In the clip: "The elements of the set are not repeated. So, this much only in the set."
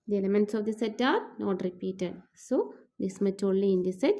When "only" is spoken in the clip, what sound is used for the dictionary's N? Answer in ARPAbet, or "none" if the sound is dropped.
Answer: none